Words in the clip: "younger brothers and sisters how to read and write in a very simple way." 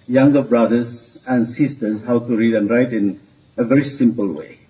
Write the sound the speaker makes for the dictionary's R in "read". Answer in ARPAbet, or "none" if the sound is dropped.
R